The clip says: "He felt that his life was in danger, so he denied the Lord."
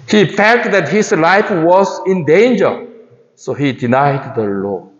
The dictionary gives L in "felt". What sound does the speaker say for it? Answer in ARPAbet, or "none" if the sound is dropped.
none